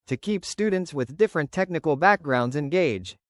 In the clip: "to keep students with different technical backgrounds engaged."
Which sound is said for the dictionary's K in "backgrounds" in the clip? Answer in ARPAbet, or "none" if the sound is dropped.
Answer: K